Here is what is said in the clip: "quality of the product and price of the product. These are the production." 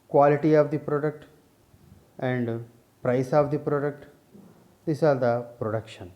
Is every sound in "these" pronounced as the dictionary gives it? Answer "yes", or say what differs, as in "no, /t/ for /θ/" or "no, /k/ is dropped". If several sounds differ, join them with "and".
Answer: no, /s/ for /z/